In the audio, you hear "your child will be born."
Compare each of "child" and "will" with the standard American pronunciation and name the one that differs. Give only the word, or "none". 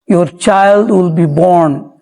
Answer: none